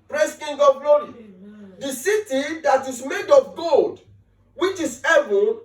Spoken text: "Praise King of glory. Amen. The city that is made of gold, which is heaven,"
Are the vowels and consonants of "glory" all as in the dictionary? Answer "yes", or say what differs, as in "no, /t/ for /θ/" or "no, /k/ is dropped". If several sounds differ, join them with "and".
yes